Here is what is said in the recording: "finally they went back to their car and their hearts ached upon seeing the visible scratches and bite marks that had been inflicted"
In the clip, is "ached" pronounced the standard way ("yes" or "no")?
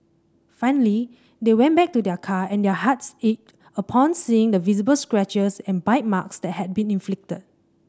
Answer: no